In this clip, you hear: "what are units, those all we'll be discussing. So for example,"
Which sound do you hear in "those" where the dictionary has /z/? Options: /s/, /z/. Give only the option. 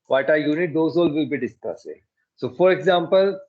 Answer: /s/